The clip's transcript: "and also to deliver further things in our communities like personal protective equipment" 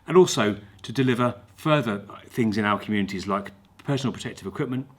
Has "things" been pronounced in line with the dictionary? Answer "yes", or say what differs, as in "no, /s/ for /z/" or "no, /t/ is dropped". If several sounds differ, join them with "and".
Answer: yes